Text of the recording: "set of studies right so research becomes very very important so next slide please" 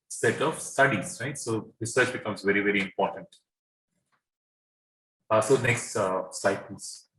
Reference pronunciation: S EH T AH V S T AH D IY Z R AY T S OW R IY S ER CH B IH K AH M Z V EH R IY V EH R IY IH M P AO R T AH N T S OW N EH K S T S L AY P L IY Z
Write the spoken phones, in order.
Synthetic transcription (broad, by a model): S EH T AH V S T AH D IY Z R AY T S OW R IY S ER CH B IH K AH M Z V EH R IY V EH R IY IH M P AO R T AH N T S OW N EH K S T S AY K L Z